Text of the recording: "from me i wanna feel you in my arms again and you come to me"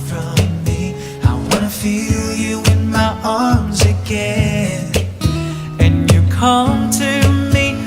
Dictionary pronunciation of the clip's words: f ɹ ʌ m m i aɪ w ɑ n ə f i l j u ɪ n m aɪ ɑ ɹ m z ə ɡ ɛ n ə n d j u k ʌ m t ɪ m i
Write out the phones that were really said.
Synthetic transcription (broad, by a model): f ɹ ʌ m m i aɪ w ɑ n ə f i l j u ɪ n m aɪ ɑ ɹ m z ə ɡ ɛ n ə n j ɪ k ʌ m t ɪ m i